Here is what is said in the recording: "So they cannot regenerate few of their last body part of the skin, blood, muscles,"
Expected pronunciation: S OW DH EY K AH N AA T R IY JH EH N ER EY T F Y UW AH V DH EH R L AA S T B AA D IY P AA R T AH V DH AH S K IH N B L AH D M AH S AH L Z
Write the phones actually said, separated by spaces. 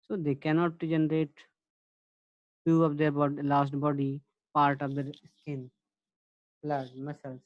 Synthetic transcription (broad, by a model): S OW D EY K AH N AA T JH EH N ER EY T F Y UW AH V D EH R L AA S T B AA D IY P AA R T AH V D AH S K IH N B L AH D M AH S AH L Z